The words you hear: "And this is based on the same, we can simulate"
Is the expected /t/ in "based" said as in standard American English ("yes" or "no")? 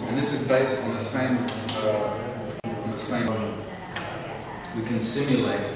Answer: yes